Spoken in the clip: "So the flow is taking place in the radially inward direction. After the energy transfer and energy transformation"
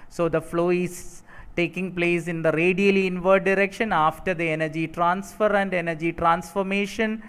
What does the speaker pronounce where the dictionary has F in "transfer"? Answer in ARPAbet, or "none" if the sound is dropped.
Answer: F